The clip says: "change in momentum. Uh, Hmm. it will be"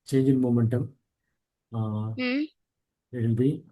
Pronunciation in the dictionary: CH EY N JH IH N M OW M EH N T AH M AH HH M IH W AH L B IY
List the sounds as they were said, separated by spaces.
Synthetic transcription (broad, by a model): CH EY N JH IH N M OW M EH N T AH M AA IH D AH N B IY